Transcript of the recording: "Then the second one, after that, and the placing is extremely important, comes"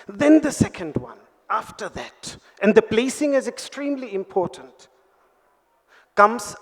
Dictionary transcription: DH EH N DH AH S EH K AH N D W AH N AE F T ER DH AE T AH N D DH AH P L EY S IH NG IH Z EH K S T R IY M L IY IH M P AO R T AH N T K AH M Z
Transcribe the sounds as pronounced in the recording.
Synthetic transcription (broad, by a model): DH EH N DH AH S EH K AH N D W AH N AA F T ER DH AE T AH N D DH AH B L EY S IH NG IH Z EH K S T R IY M L IY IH M P AO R T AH N T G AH M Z